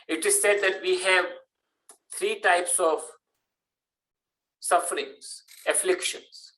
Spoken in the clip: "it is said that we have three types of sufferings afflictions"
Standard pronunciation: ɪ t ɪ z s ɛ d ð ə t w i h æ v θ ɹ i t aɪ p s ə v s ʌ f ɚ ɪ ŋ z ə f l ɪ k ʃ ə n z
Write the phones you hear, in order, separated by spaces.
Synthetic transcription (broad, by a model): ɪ t ɪ z s ɛ d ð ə t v i h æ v t ɹ i t aɪ p s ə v s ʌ f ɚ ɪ ŋ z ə f l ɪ k ʃ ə n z